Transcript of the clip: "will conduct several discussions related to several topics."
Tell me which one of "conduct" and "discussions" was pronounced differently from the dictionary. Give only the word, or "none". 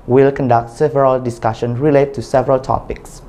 discussions